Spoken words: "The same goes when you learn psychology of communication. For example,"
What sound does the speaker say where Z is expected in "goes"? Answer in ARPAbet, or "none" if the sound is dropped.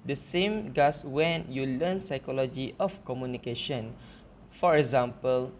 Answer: S